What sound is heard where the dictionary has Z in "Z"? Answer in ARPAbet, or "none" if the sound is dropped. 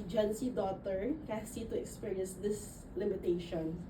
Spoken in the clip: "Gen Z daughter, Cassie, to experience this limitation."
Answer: S